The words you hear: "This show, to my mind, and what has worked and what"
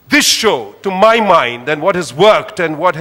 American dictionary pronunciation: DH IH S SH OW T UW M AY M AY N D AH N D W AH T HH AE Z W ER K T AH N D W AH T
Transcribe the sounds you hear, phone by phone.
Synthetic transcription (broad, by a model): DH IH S SH OW T UW M AY M AY N D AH N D W AH T HH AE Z W ER K T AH N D W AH T